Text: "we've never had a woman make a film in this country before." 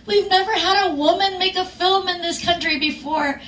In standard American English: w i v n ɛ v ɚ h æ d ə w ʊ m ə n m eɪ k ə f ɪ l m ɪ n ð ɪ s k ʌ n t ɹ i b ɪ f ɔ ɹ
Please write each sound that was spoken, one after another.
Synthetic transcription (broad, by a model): w i v n ɛ v ɚ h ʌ d ə w ʊ m ə n m eɪ k ə f ɪ l m ɪ n ð ɪ s k ʌ n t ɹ i b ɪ f ɔ ɹ